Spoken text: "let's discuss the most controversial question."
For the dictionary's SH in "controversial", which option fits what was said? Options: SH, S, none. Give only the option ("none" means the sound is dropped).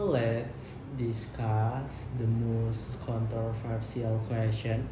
S